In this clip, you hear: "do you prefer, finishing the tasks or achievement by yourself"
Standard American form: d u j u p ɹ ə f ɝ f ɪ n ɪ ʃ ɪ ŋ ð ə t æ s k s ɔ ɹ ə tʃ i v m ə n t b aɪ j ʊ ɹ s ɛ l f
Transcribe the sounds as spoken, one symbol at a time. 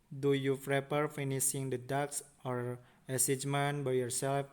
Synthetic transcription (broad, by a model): d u j u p ɹ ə p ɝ f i n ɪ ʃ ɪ ŋ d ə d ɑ k s ɔ ɹ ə s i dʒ m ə n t b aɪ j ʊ ɹ s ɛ l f